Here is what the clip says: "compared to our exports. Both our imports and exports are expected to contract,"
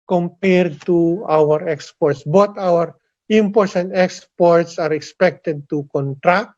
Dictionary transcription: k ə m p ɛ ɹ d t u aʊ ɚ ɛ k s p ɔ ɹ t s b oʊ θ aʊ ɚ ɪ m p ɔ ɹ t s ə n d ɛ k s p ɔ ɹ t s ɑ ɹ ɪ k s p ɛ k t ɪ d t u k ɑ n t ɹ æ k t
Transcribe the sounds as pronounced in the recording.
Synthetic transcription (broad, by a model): k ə m p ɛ ɹ d t u aʊ ɚ ɛ k s p ɔ ɹ t s b oʊ t aʊ ɚ ɪ m p ɔ ɹ t s ə n d ɛ k s p ɔ ɹ t s ɑ ɹ ɪ k s p ɛ k t ɪ d t u k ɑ n t ɹ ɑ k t